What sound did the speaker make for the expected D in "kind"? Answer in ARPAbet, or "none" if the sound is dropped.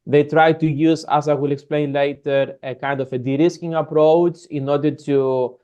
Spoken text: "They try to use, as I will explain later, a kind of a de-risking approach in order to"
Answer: D